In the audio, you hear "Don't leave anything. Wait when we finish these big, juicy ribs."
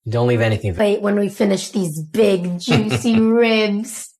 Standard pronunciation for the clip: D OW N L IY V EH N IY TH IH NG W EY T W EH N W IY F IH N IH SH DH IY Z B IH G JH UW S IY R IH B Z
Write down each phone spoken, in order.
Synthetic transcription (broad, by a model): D OW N L IY V EH N IY TH IH NG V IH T W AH N W IY F IH N IH SH DH IY Z B IH G JH UW S IY R IH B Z